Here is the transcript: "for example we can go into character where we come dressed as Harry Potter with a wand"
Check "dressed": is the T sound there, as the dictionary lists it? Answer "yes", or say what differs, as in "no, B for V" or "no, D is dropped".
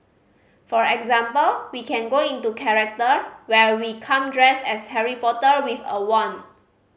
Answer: no, T is dropped